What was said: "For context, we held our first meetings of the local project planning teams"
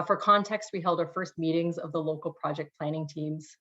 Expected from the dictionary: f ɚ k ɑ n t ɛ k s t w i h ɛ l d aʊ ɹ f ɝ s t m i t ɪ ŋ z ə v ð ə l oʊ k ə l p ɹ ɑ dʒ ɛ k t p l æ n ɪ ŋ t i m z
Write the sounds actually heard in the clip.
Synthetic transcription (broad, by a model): f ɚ k ɑ n t ɛ k s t w i h ɛ l d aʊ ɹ f ɝ s t m i t ɪ ŋ z ə v ð ə l oʊ k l p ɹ ɑ dʒ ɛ k p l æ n ɪ ŋ t i m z